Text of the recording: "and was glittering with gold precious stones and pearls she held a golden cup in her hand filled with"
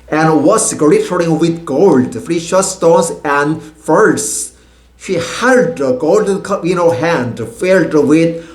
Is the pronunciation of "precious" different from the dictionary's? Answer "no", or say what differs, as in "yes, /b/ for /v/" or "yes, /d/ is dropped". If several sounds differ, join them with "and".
yes, /f/ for /p/